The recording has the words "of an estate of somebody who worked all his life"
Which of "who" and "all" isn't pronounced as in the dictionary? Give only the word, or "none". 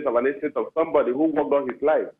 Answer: all